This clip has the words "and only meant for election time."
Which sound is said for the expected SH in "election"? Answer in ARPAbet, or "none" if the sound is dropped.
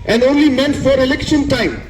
SH